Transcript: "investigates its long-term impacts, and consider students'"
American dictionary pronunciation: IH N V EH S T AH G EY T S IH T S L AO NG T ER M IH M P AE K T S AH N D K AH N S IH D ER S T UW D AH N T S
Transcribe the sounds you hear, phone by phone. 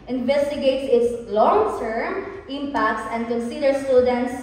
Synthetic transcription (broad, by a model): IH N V EH S T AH G EY T S IH T S L AO NG T ER M IH M P AE K T S AH N D K AH N S IH D ER S T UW D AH N T S